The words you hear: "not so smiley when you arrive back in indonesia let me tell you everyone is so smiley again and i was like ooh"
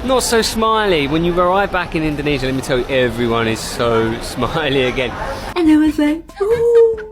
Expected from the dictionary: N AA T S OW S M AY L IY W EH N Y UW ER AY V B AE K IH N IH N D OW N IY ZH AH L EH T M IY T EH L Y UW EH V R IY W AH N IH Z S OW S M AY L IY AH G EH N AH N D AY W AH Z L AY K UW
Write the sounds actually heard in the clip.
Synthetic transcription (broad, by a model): N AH T S OW S M AY L IY W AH N Y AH ER AY V B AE K IH N IH N D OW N IY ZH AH L EH T M IY T EH L Y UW EH V R IY W AH N IH Z S OW S M AY L IY AH G EH N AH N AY W AH Z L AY UW